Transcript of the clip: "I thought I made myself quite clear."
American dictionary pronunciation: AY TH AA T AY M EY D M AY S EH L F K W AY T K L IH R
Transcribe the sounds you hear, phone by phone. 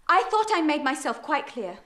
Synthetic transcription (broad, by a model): AY TH AA T AY M EY D M AY S EH L F K W AY T K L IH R